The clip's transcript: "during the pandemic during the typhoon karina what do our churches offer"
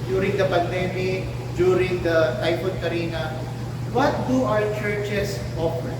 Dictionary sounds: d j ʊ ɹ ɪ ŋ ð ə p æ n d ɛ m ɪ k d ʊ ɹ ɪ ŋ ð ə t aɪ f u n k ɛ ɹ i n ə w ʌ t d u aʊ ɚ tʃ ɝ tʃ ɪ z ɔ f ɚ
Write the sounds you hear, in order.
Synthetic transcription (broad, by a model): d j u ɹ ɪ ŋ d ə p æ n d ɛ m ɪ k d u ɹ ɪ ŋ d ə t aɪ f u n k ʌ ɹ i n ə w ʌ t d u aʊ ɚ tʃ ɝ tʃ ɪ s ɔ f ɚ